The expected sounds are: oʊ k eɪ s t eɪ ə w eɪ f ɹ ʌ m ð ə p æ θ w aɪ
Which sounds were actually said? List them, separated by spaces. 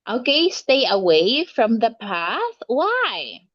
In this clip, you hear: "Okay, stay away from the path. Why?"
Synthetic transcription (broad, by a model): oʊ k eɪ s t eɪ ə w eɪ f ɹ ʌ m ð ə p æ θ w aɪ